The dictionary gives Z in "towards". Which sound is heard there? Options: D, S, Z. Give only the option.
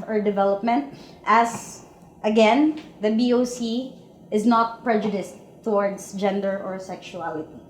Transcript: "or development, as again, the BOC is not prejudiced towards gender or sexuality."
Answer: S